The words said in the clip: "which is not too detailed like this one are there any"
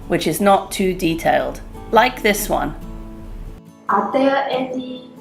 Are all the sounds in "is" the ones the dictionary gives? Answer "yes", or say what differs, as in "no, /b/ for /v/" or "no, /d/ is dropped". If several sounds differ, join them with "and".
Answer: yes